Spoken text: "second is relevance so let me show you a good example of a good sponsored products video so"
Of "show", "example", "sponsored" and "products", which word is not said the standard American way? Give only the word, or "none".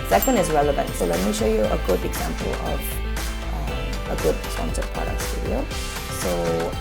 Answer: sponsored